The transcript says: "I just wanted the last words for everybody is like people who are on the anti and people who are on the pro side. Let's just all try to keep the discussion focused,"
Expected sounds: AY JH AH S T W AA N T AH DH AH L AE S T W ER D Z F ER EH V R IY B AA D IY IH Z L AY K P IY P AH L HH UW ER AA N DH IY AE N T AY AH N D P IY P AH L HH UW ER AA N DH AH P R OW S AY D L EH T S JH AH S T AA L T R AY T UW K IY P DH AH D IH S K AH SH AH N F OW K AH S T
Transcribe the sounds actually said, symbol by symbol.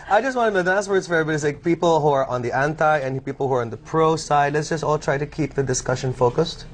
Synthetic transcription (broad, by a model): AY JH AH S T W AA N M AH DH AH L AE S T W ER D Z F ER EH R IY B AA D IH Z L AY K P IY P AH L HH UW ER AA N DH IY AE N T AY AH N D P IY P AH L HH UW ER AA N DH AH P R OW S AY D L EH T S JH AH S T AA L T R AY T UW K IY P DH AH D IH S K AH SH AH N F OW K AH S T